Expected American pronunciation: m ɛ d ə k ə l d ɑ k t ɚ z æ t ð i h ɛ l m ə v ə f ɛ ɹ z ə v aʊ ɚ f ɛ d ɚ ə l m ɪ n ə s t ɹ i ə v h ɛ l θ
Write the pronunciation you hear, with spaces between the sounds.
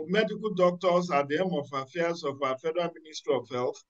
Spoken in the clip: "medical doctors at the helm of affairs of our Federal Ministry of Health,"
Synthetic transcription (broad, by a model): m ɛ d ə k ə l d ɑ k t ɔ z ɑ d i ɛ m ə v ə f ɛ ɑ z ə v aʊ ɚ f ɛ d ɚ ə n m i n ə s t ɹ i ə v h ɛ l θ